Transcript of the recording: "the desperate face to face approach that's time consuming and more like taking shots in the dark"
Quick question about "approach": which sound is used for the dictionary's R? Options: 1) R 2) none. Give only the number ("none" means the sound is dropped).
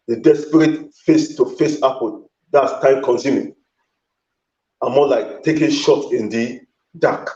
2